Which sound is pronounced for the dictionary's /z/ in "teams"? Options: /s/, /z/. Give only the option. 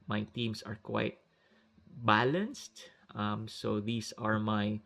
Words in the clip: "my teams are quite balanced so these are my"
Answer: /s/